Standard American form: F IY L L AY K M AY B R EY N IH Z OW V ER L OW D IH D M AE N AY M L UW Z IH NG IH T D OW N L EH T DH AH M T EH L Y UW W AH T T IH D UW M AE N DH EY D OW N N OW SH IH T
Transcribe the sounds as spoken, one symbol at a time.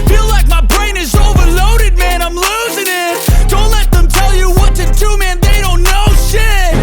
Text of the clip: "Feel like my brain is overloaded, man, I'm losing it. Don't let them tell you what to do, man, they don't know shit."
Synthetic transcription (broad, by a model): F IY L L AY K M AY B R EY N IH Z OW V ER L OW D IH D M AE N AY M L UW Z IH NG IH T D OW N L EH T DH AH M T EH L Y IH W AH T T IH D UW M AE N DH EY D OW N N OW SH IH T